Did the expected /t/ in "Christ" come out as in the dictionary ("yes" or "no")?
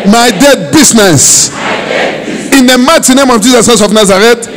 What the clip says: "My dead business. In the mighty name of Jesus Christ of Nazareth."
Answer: no